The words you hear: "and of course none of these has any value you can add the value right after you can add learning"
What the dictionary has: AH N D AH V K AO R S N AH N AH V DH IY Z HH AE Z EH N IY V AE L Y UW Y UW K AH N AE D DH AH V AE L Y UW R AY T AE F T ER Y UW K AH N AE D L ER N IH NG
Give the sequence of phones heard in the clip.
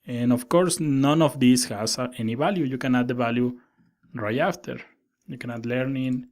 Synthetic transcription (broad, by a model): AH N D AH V K AO R S N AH N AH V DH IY S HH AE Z EH N IY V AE L Y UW Y UW K AH N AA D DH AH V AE L Y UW R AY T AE F T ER Y UW K AH N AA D L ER N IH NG